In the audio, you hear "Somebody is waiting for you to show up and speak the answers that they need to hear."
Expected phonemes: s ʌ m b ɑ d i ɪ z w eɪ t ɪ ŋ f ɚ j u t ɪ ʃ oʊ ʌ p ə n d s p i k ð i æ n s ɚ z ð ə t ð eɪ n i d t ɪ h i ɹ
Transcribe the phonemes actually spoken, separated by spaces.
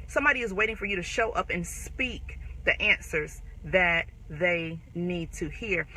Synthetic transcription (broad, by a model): s ʌ m b ɑ d i ɪ z w eɪ t ɪ ŋ f ɚ j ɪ t ɪ ʃ oʊ ʌ p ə n s p i k ð i æ n s ɚ z ð ə t ð eɪ n i d t ɪ h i ɹ